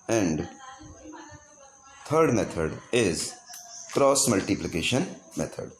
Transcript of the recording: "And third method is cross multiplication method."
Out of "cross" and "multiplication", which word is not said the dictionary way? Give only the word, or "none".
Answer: none